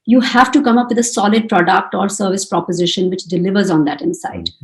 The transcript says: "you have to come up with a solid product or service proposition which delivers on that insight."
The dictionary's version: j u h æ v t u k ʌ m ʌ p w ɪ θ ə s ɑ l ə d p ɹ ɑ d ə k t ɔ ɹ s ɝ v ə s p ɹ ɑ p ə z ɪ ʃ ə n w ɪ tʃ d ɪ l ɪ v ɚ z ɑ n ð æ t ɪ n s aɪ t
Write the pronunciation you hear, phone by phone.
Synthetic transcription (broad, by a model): j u h æ v t u k ʌ m ʌ p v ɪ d ə s ɑ l ə d p ɹ ɑ d ə k t ɔ ɹ s ɝ v ə s p ɹ ɑ p ə z ɪ ʃ ə n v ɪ tʃ d ɪ l ɪ v ɚ z ɑ n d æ t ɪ n s aɪ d